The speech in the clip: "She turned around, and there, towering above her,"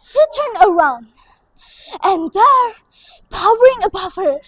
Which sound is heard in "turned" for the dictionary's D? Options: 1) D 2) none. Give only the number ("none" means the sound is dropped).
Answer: 2